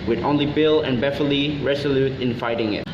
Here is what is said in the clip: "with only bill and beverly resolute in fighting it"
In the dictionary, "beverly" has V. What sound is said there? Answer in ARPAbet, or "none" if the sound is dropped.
F